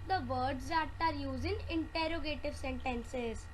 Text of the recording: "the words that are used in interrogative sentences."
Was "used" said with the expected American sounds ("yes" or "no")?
no